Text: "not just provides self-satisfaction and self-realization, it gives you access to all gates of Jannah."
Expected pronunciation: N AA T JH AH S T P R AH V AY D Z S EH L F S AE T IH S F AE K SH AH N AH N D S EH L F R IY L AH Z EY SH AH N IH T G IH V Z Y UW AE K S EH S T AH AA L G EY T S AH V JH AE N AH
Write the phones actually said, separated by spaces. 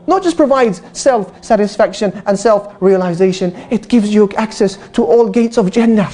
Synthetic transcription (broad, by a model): N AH T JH AH S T P R AH V AY D Z S EH L F S AE T IH S F AE K SH AH N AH N S EH L F R IY L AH Z EY SH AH N IH T G IH V Z Y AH AE K S EH S T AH AA L G EY T S AH V JH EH N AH